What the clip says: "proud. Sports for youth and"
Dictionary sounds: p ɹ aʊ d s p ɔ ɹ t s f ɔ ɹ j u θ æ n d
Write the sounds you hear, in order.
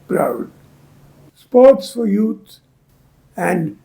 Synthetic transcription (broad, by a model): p ɹ aʊ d s p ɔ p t s f ɔ ɹ j u s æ n d